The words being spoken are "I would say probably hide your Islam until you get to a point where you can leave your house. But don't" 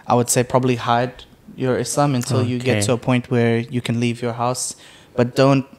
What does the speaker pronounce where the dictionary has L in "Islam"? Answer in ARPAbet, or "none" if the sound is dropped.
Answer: none